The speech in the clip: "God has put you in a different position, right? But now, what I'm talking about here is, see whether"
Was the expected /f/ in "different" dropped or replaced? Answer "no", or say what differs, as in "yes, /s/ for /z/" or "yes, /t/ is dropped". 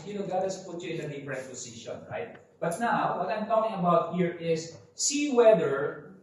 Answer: yes, /p/ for /f/